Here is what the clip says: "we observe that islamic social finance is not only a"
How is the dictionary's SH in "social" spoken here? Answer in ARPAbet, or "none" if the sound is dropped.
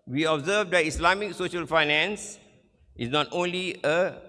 SH